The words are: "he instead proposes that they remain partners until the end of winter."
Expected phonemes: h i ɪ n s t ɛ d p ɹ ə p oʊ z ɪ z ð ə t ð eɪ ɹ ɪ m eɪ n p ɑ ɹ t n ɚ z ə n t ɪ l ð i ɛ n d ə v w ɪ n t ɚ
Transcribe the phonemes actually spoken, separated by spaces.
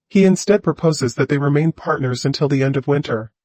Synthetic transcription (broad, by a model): h i ɪ n s t ɛ d p ɹ ə p oʊ z ɪ z ð ə t ð eɪ ɹ ɪ m eɪ n p ɑ ɹ t n ɚ z ə n t ɪ l ð i ɛ n d ə v w ɪ n t ɚ